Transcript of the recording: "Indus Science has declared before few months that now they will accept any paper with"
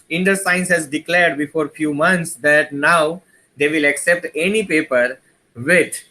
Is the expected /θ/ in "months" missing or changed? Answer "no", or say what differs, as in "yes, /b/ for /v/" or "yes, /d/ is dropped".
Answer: yes, /t/ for /θ/